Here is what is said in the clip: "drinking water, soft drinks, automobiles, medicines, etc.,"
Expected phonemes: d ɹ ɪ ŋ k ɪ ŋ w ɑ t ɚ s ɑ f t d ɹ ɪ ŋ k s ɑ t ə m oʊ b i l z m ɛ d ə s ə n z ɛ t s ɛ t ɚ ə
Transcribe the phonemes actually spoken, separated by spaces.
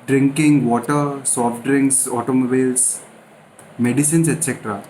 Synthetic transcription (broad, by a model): d ɹ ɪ ŋ k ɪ ŋ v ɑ t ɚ s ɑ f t d ɹ ɪ ŋ k s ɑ t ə m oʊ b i l s m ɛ d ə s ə n s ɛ t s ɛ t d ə